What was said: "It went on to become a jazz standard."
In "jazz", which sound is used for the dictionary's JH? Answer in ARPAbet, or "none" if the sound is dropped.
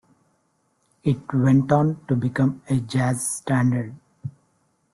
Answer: JH